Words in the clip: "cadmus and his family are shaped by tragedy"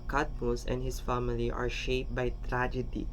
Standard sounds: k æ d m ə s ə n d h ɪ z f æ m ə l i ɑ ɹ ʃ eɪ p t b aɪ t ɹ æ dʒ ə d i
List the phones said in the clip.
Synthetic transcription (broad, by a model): k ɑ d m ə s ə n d h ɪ s f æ m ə l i ɑ ɹ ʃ eɪ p b aɪ t ɹ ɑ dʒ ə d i